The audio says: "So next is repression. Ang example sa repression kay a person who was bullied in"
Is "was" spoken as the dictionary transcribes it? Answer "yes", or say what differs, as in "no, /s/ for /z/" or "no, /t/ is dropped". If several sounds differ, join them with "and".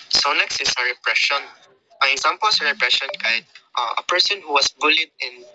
no, /s/ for /z/